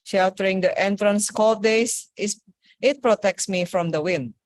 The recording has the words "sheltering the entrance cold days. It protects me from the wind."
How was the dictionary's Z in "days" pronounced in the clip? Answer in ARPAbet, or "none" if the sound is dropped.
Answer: S